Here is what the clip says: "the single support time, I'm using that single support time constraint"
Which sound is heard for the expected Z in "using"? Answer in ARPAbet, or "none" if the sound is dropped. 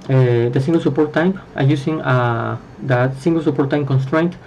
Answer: S